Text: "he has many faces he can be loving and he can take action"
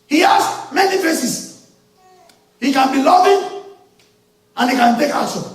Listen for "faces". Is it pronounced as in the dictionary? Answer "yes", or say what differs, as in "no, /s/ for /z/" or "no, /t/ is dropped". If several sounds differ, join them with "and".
no, /s/ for /z/